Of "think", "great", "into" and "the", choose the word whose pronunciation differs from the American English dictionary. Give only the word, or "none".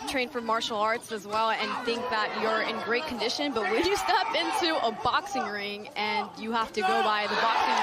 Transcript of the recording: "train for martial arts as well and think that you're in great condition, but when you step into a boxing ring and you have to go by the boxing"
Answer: none